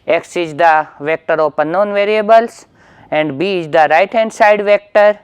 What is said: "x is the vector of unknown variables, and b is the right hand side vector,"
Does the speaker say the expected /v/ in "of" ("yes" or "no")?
no